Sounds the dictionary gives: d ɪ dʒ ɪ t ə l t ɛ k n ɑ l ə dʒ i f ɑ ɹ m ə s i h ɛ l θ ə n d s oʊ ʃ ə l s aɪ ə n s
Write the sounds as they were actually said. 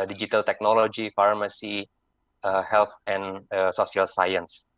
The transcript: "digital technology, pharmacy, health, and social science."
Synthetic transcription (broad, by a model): d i dʒ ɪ t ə l t ɛ k n ɑ l ə dʒ i f ɑ ɹ m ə s i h ɛ l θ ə n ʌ s oʊ s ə l s aɪ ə n s